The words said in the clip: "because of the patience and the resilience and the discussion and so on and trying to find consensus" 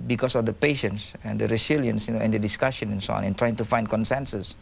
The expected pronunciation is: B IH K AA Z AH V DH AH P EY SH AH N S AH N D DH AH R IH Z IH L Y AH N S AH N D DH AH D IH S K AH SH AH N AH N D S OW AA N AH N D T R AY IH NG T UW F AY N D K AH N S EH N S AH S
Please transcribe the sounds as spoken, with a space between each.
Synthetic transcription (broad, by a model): B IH K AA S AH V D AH P EY SH AH N S AH N D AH R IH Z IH L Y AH N S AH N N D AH D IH S K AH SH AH N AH N S OW AA N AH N T R AY IH NG T UW F AY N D K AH N S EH N S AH S